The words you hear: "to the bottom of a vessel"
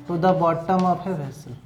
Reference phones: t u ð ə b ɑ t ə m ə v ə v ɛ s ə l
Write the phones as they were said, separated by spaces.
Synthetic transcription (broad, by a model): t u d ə b ɑ t ə m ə p ə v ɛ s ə